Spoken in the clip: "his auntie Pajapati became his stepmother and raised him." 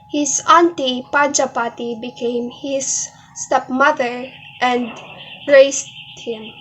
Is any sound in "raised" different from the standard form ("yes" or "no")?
yes